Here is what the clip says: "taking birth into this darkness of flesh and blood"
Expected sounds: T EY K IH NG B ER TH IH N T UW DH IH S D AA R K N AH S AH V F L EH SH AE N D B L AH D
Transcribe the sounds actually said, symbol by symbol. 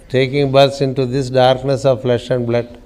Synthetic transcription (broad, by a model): T EY K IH NG B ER S IH N T UW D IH S D AA R K N AH S AH V F L EH SH AE N D B L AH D